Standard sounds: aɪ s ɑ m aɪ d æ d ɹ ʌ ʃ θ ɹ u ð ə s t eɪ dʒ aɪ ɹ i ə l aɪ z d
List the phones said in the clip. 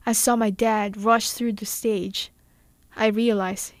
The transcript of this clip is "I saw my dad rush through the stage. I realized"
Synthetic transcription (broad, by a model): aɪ s ɑ m aɪ d æ d ɹ ʌ ʃ θ ɹ u ð ə s t eɪ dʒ aɪ ɹ i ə l aɪ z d